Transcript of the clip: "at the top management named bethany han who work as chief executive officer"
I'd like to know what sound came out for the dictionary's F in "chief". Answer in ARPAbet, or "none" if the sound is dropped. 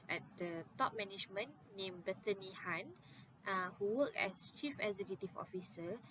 F